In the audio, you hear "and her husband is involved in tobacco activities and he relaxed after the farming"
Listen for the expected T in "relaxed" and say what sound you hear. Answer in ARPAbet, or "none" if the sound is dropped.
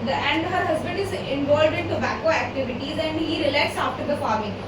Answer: none